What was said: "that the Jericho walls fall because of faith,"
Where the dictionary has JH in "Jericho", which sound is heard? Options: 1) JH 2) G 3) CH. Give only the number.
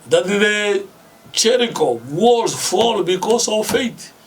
3